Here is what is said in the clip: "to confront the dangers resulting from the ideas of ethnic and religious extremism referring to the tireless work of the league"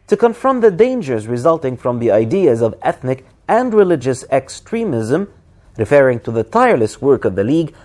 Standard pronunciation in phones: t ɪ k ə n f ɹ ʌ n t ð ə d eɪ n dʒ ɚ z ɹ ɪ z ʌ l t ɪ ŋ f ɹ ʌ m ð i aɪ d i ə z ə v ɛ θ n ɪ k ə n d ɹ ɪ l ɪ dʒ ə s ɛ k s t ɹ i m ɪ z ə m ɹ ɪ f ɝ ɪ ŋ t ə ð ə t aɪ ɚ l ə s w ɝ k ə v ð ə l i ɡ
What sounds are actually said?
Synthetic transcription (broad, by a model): t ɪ k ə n f ɹ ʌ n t ð ə d eɪ n dʒ ɚ z ɹ ɪ z ʌ l t ɪ ŋ f ɹ ʌ m ð i aɪ d i ə z ə v ɛ θ n ɪ k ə n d ɹ ɪ l ɪ dʒ ə s ɛ k s t ɹ i m ɪ z ə m ɹ ɪ f ɝ ɪ ŋ t ə ð ə t aɪ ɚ l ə s w ɝ k ə v ð ə l i ɡ